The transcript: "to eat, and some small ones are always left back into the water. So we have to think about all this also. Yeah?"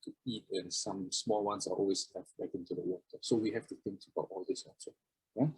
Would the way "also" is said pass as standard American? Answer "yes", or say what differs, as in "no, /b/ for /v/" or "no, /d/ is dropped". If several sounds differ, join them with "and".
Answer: no, /n/ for /l/